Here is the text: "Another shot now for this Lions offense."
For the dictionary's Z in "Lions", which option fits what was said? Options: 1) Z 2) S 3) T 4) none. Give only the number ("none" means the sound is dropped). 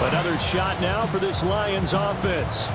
1